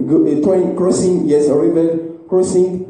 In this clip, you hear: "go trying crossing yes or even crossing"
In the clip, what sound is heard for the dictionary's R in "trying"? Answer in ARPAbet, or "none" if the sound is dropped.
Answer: none